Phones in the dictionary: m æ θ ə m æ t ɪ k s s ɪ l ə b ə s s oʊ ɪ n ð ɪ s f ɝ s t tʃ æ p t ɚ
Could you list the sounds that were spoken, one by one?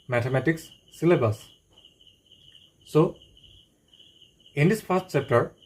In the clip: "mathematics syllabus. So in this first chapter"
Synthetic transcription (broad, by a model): m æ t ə m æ t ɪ k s s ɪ l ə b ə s s oʊ ɪ n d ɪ s p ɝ s t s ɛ p t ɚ